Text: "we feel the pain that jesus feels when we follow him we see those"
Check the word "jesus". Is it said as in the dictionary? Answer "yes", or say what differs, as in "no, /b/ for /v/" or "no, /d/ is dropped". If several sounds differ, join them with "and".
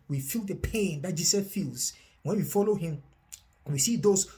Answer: no, /s/ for /z/ and /s/ is dropped